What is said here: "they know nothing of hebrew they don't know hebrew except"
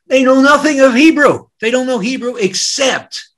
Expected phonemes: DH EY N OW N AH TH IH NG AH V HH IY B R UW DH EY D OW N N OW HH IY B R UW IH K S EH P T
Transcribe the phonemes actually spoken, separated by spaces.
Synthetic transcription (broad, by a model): DH EY N OW N AH TH IH NG AH V HH IY B R UW DH EY D OW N N OW HH IY B R UW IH K S EH P T